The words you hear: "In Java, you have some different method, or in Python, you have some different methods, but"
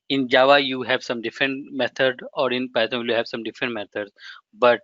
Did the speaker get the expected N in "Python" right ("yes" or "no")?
no